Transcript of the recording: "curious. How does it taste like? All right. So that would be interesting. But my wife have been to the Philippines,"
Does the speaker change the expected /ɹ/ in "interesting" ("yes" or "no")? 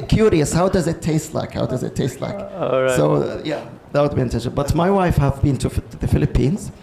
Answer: yes